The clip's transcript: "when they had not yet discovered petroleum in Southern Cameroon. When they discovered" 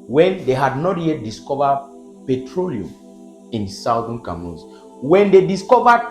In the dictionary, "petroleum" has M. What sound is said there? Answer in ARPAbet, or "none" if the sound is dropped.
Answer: M